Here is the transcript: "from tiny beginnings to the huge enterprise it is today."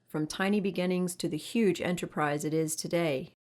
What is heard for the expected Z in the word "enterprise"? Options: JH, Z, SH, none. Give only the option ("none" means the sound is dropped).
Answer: Z